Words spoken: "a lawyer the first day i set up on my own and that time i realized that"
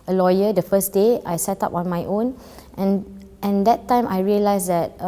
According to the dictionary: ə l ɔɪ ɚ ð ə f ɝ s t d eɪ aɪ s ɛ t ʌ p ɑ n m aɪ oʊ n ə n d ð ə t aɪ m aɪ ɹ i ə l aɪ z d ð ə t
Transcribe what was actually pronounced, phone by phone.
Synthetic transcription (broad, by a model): ə l ɔɪ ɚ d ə f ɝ s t d eɪ aɪ s ɛ t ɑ p ɑ n m aɪ oʊ n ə n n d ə t aɪ m aɪ ɹ i ə l aɪ s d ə t